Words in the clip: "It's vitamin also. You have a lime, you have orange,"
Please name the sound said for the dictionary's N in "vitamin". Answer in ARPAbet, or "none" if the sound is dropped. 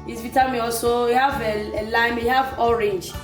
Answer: none